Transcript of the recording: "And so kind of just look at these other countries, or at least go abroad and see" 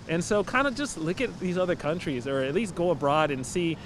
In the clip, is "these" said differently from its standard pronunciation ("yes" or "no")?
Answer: no